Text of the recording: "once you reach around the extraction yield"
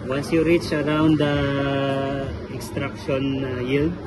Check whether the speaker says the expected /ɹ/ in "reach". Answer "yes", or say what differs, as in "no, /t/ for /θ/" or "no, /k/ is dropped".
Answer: yes